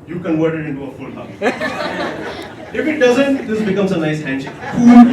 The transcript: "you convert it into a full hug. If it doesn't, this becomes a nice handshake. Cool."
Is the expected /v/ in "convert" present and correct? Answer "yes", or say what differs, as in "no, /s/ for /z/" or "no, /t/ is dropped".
no, /w/ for /v/